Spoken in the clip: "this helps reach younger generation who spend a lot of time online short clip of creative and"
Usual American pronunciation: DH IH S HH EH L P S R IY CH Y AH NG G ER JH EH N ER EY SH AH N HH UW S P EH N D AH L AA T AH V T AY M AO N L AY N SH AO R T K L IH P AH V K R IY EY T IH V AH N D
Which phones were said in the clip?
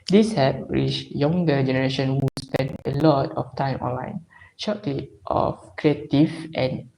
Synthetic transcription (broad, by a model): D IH S HH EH P R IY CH Y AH NG G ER JH EH N ER EY SH AH N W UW S P EH N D AH L AA T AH F T AY M AO N L AY N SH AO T L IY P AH F K R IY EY T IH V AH N